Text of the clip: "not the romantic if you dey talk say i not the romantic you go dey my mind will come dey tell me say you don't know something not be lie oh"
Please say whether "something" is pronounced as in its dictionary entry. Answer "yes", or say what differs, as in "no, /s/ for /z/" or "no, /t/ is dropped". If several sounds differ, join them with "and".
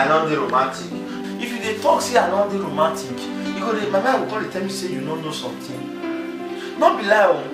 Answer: no, /t/ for /θ/